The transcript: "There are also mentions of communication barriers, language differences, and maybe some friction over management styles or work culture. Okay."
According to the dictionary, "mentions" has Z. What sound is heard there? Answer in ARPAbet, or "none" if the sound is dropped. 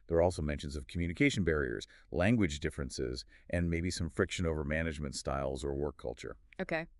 Z